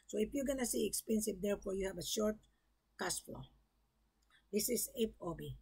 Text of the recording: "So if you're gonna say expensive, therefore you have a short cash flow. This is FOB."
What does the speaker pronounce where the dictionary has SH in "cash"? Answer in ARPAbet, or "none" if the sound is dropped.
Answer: S